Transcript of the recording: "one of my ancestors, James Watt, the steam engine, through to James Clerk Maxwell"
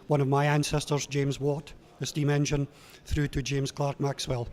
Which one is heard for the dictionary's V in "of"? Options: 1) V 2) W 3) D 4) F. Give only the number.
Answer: 1